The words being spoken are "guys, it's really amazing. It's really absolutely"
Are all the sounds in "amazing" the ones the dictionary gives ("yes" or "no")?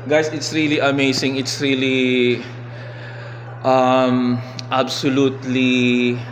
no